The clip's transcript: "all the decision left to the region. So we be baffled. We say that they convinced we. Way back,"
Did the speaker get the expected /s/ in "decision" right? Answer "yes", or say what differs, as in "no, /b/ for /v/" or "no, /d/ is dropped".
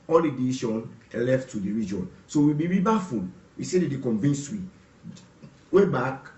no, /ʃ/ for /s/